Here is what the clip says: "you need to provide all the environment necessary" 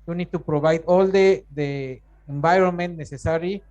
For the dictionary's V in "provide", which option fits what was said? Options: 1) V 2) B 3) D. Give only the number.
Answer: 2